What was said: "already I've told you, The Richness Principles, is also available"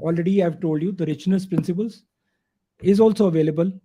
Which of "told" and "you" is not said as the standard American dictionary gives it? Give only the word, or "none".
none